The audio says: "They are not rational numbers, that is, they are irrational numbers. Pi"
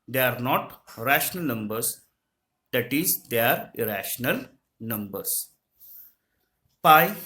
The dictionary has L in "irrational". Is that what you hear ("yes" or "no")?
yes